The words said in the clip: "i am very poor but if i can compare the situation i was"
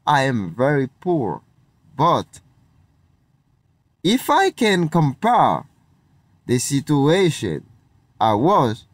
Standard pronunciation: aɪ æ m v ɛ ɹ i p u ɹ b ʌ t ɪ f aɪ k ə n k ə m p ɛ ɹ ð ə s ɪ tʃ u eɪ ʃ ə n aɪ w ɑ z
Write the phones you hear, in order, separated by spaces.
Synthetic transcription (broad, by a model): aɪ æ m v ɛ ɹ i p u ɹ b ʌ t ɪ f aɪ k ə n k ə m p ɛ ɹ ð ə s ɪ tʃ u eɪ ʃ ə n aɪ w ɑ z